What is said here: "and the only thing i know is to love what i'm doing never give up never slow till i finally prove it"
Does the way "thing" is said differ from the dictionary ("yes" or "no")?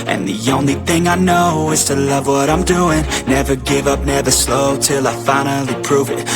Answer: no